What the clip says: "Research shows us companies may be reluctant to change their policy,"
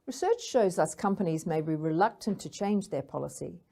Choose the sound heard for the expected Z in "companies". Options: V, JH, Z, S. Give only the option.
Z